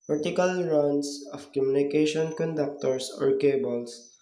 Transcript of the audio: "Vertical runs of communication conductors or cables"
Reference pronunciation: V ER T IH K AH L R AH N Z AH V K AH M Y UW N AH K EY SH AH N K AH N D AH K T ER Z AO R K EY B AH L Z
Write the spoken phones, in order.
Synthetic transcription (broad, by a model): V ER T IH K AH L R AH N S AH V K AH M Y UW N AH K EY SH AH N K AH N D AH K T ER S AO R K EY B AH L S